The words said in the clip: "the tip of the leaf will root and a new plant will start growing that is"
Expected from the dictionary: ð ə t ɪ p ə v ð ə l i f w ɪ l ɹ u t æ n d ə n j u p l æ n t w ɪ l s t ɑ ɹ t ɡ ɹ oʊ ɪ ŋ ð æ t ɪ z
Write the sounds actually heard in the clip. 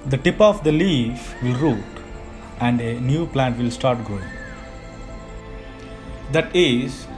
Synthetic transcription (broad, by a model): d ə t ɪ p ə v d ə l i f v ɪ l ɹ u t æ n d ə n j u p l æ n t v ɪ l s t ɑ ɹ t ɡ oʊ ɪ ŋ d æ t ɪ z